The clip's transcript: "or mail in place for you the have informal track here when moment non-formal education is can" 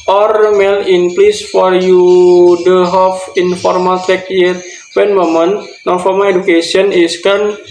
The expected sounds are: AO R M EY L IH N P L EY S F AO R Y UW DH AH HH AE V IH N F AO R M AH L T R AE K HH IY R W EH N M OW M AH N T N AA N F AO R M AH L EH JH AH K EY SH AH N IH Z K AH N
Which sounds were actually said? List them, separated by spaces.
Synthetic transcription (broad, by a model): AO R M EY L IH N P L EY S F AO R Y UW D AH HH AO F IH N F AO R M AH L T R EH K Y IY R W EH N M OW M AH N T N AA N F AO R M AH L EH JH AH K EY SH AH N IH S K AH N